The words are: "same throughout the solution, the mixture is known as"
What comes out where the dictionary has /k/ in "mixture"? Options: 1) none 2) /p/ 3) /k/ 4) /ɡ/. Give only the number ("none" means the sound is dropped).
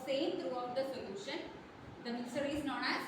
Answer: 1